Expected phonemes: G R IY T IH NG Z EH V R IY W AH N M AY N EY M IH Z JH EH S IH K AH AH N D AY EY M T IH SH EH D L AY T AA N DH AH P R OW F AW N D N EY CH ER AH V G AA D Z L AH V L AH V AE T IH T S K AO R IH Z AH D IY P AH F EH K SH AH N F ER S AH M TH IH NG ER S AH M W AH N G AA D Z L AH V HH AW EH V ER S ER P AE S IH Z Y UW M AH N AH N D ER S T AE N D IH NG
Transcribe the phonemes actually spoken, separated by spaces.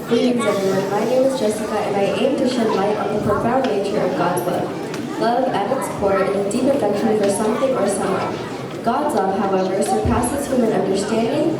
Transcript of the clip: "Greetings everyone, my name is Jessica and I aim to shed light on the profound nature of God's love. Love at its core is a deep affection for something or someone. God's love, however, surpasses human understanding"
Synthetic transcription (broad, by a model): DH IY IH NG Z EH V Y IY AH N M AY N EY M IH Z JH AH S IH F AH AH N AY EY M T IH SH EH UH L AY T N DH AH P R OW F AW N N EY CH ER AH V G AA D Z L AH V L AH V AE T IH T S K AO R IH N AH D IY P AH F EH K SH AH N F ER S AH M TH IH NG ER S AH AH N G AA D Z L AH V HH AW EH V ER S ER P AE S IH Z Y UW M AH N AH N D ER S T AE N D IH NG